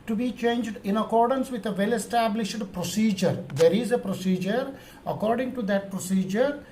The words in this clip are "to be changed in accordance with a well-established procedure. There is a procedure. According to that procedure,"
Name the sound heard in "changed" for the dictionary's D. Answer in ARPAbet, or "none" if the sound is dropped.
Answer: D